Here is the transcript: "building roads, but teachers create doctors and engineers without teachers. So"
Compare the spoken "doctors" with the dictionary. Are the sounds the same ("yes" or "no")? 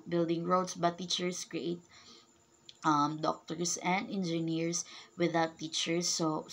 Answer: no